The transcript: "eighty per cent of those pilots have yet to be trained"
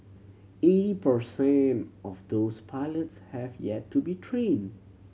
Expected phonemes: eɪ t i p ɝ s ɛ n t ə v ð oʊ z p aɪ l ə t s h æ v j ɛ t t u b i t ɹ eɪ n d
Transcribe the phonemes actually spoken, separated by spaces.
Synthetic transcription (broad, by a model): eɪ t i p ɝ s ɛ n t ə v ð oʊ s p aɪ l ə t s h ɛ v j ɛ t t u b i t ɹ eɪ n d